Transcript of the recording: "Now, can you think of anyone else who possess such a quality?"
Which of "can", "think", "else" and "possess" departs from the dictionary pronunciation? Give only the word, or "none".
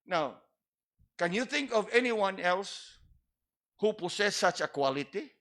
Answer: possess